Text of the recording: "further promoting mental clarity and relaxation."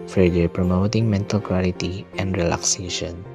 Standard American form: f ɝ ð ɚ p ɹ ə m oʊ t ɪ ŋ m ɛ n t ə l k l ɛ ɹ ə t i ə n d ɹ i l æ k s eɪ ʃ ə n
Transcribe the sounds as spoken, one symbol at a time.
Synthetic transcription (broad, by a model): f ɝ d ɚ p ɹ ə m oʊ t ɪ ŋ m ɛ n t ə l k w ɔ l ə t i ə n d ɹ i l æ k s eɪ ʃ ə n